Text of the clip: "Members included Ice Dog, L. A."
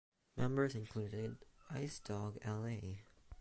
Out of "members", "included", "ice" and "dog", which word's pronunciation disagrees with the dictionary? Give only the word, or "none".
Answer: none